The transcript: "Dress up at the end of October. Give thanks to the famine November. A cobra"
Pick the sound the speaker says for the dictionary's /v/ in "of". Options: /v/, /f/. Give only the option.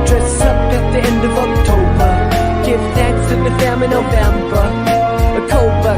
/v/